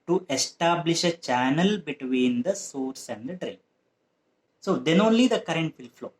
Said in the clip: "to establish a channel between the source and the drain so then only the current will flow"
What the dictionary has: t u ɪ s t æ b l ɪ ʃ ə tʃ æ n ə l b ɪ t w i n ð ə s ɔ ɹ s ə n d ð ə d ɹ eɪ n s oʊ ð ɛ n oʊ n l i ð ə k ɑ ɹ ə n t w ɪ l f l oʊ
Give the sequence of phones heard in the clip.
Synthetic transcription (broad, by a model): t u ɪ s t æ b l ɪ ʃ ə tʃ æ n ə l b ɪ t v i n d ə s ɔ ɹ s ə n d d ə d ɹ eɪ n s oʊ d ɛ n oʊ n l i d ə k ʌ ɹ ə n t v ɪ l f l oʊ